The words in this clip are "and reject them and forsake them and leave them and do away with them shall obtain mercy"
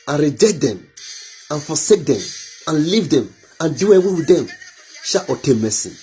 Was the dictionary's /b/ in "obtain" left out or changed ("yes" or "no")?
yes